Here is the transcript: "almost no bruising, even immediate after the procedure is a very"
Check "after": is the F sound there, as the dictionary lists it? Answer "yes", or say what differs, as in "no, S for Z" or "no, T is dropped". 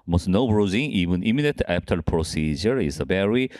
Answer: no, P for F